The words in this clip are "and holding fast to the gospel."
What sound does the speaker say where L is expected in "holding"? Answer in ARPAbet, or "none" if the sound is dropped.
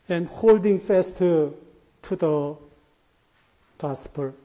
L